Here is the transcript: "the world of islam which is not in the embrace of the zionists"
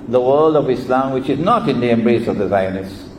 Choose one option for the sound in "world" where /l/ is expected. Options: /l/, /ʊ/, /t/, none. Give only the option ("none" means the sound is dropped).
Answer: /l/